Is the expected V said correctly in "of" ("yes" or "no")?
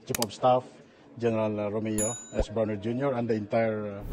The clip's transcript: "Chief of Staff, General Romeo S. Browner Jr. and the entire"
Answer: no